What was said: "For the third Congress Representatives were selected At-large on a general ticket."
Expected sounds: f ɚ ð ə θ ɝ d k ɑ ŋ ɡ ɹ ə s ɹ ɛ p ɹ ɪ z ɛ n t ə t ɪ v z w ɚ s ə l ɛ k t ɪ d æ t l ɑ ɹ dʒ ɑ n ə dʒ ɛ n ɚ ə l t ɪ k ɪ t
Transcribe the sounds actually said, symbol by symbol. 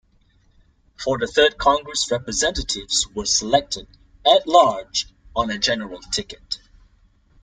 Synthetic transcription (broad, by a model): f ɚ ð ə θ ɝ d k ɑ ŋ ɡ ɹ ə s ɹ ɛ p ɹ ɪ z ɛ n t ə t ɪ v z w ɚ s ə l ɛ k t ɪ d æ t l ɑ ɹ dʒ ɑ n ə dʒ ɛ n ɚ ə l t ɪ k ɪ t